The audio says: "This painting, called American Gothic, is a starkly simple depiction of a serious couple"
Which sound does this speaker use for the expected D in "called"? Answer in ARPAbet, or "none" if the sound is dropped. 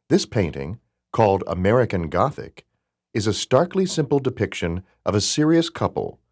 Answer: D